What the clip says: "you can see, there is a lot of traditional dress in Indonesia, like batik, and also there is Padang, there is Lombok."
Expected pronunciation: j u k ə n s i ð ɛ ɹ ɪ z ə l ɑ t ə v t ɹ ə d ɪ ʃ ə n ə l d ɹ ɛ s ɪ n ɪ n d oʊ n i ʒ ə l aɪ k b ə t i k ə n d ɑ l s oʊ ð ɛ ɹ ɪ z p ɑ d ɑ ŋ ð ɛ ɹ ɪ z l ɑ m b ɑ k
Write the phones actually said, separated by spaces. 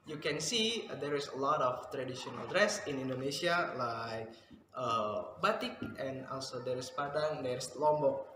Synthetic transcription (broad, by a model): j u k ə n s i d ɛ ɹ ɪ s ə l ɑ t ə f t ɹ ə d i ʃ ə n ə l d ɹ ɛ s ɪ n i n d oʊ n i ʃ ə l aɪ k b ə t i k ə n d ɑ l s oʊ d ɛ ɹ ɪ s p ɑ d ɑ ŋ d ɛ ɹ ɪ s l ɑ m b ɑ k